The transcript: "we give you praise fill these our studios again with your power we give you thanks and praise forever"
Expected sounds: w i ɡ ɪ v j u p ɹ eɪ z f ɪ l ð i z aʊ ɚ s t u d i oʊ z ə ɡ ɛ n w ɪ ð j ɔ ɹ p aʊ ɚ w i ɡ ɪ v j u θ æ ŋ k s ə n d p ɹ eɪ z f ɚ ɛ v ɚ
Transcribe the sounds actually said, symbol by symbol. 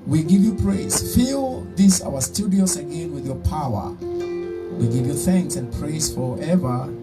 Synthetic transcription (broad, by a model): w i ɡ ɪ v j u p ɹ eɪ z f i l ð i s aʊ ɚ s t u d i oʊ s ə ɡ ɛ n w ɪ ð j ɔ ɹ p aʊ ɚ w i ɡ ɪ v j u θ æ ŋ k s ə n p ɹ eɪ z f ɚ ɛ v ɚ